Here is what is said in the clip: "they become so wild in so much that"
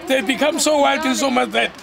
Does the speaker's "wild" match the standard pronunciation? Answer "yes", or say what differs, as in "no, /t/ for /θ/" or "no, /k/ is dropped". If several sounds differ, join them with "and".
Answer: no, /l/ is dropped